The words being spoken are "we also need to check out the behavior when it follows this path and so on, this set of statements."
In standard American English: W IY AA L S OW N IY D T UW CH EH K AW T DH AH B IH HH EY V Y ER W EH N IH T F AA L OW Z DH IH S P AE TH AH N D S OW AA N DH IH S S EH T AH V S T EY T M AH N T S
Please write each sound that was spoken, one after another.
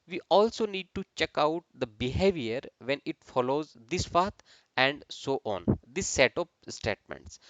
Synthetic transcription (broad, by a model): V IY AA L S OW N IY D T UW CH EH K AW T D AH B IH HH EY V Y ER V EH N IH T F AA L OW Z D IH S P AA T AH N D S OW AA N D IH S S EH T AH P S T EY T M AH N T S